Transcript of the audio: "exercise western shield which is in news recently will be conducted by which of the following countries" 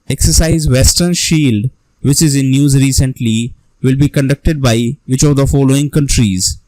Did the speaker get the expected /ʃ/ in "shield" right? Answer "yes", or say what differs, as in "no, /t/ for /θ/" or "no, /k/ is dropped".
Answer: yes